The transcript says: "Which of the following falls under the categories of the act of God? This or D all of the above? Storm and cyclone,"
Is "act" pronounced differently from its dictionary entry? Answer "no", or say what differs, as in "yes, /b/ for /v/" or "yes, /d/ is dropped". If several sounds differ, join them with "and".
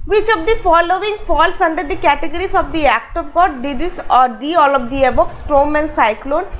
no